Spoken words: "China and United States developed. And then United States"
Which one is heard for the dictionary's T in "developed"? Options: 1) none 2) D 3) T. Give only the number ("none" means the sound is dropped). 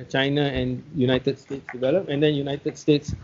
1